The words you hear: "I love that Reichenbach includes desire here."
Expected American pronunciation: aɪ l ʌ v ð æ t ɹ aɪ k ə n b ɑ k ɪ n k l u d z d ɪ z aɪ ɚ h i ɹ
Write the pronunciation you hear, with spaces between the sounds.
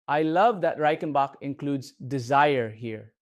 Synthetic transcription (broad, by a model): aɪ l ʌ v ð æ t ɹ aɪ k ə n b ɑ k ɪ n k l u d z d ɪ z aɪ ɚ h i ɹ